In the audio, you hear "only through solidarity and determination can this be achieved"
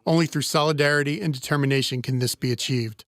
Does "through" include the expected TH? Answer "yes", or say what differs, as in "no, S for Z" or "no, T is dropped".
yes